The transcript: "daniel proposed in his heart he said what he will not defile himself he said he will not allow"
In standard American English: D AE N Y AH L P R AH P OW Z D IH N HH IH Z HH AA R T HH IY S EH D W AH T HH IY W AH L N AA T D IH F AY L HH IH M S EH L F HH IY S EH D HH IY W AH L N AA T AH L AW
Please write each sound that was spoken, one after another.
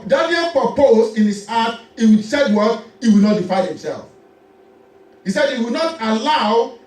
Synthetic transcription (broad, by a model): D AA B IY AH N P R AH P OW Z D IH N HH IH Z AA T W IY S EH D W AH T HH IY W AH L N AA T D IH F AY N HH IH M S EH L F HH IY S EH D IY W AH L N AA T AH L AW